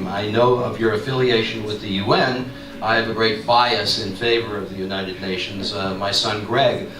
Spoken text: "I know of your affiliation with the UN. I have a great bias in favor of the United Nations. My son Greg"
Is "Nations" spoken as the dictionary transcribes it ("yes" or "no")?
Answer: yes